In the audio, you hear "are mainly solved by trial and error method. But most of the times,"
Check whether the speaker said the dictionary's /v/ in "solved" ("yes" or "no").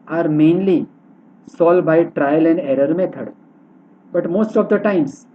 no